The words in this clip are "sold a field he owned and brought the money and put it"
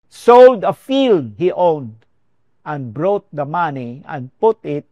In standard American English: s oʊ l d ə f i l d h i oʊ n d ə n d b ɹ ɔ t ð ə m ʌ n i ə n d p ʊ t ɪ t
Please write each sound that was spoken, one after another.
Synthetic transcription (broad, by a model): s oʊ l d ə f i l d h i oʊ n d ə n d b ɹ ɔ t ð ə m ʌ n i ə n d p ʊ t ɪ t